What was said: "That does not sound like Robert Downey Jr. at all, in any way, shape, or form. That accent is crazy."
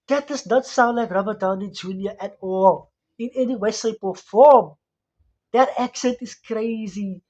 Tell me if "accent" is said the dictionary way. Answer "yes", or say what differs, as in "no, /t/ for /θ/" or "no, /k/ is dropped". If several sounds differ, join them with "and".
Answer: yes